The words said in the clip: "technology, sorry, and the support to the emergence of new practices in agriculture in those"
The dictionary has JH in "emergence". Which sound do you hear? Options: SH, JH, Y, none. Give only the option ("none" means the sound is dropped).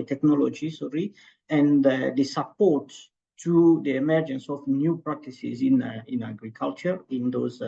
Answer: JH